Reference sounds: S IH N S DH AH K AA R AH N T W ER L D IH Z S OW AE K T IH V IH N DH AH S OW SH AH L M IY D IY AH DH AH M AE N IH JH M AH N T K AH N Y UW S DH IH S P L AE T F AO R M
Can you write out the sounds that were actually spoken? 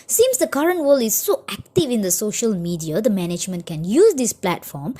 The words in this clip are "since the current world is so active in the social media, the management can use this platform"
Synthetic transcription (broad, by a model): S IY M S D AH K AA R AH N T W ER L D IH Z S OW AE K T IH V IH N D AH S OW SH AH L M IY D IY AH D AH M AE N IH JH M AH N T K AH N Y UW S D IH S P L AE T F AO M